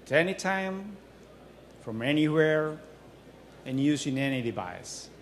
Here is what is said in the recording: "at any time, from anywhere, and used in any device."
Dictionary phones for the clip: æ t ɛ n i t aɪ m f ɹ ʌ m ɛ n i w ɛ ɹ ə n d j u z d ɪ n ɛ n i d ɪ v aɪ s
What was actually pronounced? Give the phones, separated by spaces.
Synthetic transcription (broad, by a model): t ɛ n i t aɪ m f ɹ ʌ m ɛ n i w ɛ ɹ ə n j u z ɪ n ɛ n i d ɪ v aɪ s